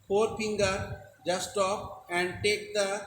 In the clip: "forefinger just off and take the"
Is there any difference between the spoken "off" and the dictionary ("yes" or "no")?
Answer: yes